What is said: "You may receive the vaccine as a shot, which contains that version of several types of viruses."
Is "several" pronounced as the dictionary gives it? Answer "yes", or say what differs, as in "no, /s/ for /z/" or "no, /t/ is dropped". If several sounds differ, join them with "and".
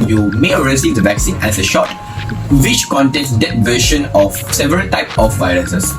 yes